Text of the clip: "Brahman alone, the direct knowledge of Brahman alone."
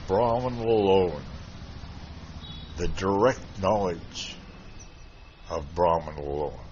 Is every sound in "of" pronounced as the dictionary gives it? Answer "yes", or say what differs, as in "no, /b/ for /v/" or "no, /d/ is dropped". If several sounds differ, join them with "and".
yes